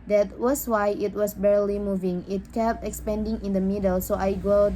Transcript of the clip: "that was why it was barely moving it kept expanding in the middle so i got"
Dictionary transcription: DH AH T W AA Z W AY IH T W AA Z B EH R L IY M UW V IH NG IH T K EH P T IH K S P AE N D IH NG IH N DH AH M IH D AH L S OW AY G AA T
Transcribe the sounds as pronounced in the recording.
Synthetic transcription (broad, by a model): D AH T W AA S W AY IH T W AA S B EH R L IY M UW V IH NG IH T K EH P T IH K S P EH N D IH NG IH N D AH M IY D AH L S OW AY G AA